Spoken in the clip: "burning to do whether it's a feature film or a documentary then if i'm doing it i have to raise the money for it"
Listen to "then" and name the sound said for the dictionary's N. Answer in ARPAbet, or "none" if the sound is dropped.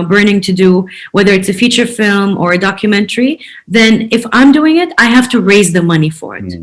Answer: N